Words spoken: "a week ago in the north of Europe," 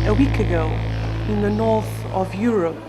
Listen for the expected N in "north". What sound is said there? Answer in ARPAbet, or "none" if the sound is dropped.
N